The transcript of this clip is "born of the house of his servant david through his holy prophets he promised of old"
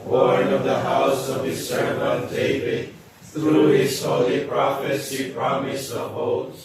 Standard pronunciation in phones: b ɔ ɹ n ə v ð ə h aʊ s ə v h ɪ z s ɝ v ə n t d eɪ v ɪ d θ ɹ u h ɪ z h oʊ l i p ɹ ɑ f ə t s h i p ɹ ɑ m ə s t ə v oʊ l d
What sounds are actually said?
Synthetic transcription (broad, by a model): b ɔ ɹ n ə v ð ə h aʊ s ə v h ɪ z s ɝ ə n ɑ d eɪ v ɪ d θ ɹ u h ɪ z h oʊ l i p ɹ ɑ f ə t s h i p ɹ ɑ m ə s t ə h oʊ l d